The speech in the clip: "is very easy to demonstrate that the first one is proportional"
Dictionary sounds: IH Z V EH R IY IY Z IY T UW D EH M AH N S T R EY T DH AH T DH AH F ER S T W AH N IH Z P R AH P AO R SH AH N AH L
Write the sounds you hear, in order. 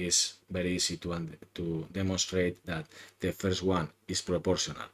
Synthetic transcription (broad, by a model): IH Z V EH R IY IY S IY T UW D EH M AH N S T R EY T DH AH T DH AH F ER S T W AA N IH S P R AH P AO R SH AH N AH L